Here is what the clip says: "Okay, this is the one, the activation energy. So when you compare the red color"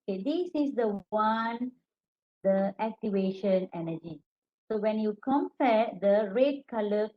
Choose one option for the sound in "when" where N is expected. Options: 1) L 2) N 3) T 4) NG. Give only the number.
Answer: 2